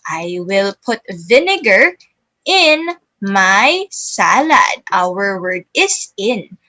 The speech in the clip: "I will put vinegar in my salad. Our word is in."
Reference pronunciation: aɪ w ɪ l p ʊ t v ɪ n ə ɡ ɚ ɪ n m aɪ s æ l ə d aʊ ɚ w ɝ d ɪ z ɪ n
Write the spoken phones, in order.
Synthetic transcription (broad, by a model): aɪ w ɪ l p ʊ t v ɪ n ə ɡ ɚ ɪ n m aɪ s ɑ l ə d aʊ ɚ w ɝ d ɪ s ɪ n